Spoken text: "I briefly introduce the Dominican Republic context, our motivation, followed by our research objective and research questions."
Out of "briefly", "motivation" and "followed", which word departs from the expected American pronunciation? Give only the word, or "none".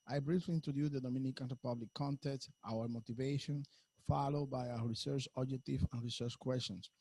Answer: none